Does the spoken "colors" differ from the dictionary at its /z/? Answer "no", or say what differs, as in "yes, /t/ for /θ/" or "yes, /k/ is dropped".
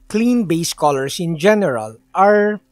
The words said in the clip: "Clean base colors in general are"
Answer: yes, /s/ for /z/